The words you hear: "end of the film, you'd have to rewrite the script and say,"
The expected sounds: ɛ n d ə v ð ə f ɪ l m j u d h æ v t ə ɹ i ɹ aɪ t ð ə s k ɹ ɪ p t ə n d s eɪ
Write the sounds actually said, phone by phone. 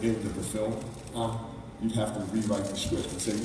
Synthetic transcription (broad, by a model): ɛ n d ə ð ə f ɪ l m j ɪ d h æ f t ə ɹ i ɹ aɪ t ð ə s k w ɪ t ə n s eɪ